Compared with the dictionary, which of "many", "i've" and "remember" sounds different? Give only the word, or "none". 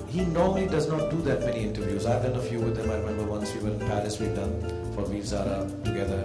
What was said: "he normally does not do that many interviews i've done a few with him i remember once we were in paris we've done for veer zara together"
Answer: none